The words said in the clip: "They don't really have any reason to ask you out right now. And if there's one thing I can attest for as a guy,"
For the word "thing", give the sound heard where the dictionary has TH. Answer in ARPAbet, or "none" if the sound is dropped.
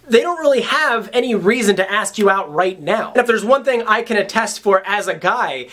TH